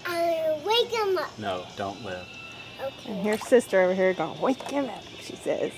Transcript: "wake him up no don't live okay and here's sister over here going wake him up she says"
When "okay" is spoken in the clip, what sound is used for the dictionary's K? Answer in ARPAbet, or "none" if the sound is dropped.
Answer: none